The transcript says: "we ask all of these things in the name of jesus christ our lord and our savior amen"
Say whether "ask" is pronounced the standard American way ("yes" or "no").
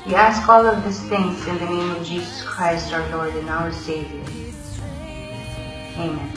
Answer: yes